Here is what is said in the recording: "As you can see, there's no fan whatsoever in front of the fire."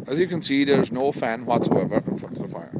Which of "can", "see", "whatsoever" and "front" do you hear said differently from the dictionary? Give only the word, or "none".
front